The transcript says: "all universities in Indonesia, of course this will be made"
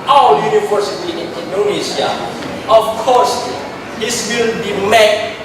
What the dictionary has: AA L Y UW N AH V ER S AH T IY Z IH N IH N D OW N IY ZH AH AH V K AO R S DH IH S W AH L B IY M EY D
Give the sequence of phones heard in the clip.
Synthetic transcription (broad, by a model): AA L Y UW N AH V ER S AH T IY IH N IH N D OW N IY SH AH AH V K AO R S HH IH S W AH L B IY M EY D